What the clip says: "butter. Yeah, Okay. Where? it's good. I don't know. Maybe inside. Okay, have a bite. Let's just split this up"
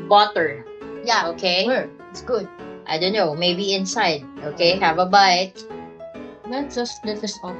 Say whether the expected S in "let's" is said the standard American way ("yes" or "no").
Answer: no